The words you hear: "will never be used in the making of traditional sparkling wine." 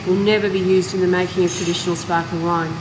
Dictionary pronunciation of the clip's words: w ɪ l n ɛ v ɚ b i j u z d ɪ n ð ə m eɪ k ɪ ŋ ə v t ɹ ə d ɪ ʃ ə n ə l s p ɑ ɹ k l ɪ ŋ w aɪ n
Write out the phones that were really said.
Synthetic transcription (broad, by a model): w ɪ l n ɛ v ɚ b i j u z d ɪ n ð ə m eɪ k ɪ ŋ ə v t ɹ ə d ɪ ʃ ə n ə l s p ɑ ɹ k ɪ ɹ aɪ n